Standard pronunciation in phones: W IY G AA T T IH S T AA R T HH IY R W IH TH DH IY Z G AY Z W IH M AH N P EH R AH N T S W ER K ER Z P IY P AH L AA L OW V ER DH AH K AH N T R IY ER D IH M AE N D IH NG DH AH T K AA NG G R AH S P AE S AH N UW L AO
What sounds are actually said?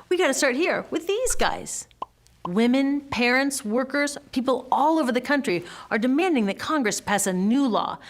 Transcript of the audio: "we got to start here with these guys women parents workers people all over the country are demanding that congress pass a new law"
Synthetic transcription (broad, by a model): W IY G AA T T IH S T AA R T HH IY R W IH DH IY Z G AY Z W IH M AH N P EH R AH N T S W ER K ER Z P IY P L AA L OW V ER DH AH K AH N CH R IY ER D IH M AE N D IH NG DH AH T K AA NG G R AH S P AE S AH N UW L AO